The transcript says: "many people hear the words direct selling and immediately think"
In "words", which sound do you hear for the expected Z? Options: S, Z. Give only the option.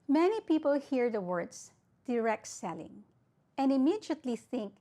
S